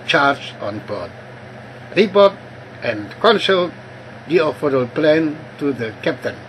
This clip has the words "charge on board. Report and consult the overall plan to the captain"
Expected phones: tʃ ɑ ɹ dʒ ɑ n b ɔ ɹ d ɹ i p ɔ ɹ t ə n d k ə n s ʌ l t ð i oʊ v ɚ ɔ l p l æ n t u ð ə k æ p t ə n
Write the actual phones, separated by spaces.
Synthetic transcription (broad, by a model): tʃ ɑ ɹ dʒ ɑ n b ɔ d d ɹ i b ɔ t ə n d k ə n s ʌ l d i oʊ f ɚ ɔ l p l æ n t u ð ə k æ p t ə n